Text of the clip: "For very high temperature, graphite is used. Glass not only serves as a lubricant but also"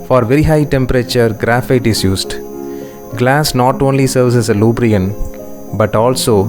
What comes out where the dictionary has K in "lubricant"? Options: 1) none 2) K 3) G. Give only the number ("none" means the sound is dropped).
1